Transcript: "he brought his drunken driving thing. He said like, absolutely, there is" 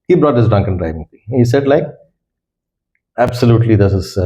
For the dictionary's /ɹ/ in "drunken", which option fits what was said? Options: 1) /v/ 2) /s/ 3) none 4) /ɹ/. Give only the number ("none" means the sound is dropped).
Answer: 3